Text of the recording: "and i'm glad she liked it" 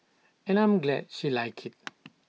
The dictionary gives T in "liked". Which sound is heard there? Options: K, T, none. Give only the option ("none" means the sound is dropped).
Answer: none